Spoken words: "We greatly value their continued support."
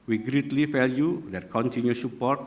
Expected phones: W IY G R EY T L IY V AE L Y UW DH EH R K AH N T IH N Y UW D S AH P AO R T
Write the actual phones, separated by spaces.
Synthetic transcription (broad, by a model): W IY G R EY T L IY F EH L Y UW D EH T K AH N T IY N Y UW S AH P AO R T